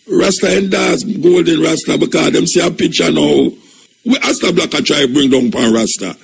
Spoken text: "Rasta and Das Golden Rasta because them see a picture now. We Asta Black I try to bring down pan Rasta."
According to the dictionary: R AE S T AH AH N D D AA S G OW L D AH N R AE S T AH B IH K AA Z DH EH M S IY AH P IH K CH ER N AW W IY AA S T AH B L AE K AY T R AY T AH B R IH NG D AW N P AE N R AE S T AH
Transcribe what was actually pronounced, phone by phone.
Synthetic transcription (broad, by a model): R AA S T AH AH N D D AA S G OW L D AH N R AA S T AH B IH K AA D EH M S IY AH P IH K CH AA N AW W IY AA S T AH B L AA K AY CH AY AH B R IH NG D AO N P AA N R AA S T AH